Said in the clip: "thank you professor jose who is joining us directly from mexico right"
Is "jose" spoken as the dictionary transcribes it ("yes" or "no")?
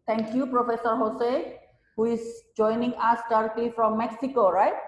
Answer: no